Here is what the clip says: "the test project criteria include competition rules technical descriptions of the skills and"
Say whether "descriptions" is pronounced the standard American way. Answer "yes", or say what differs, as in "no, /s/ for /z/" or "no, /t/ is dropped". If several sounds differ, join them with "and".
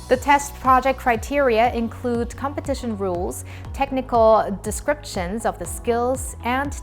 yes